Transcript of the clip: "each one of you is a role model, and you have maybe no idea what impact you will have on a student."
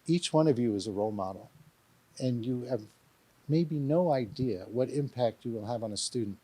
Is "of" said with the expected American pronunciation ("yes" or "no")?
yes